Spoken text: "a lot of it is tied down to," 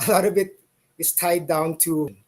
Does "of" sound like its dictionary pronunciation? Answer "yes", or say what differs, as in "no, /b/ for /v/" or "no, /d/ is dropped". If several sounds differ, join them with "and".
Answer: no, /b/ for /v/